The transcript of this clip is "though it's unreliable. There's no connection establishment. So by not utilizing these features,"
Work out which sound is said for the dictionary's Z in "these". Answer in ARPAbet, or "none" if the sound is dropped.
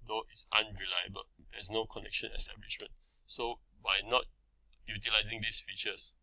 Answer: S